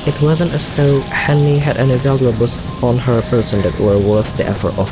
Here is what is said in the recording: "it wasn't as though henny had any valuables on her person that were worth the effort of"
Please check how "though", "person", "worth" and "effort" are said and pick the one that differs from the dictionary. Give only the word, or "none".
none